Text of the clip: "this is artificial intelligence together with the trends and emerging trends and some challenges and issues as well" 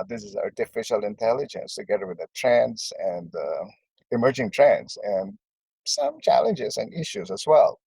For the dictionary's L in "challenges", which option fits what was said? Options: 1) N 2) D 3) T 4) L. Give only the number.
4